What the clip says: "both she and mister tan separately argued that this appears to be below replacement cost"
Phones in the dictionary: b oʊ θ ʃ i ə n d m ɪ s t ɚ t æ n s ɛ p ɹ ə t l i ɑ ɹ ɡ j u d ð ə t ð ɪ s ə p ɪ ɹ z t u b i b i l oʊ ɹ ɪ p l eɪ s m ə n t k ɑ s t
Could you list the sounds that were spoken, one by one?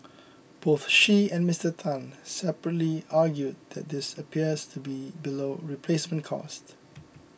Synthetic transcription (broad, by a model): b oʊ θ ʃ i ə n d m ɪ s t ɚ t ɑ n s ɛ p ɹ ə t l i ɑ ɡ j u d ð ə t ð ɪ s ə p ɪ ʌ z t u b i b i l oʊ ɹ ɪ p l eɪ s m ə n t k ɑ s t